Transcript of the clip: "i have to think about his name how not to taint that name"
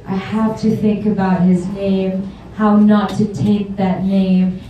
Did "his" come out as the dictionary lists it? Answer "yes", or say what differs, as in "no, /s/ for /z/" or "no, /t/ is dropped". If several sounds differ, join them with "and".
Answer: yes